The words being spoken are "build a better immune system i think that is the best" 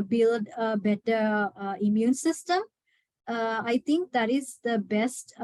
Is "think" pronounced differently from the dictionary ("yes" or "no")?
yes